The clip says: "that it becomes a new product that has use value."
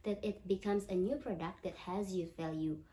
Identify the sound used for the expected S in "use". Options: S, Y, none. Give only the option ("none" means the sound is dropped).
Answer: none